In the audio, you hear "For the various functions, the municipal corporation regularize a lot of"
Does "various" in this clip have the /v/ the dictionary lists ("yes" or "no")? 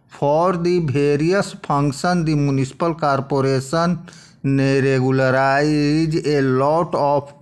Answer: no